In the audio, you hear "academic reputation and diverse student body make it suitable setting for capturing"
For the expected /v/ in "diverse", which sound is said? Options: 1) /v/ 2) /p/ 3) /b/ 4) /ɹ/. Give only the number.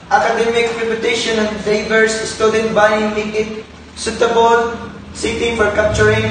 3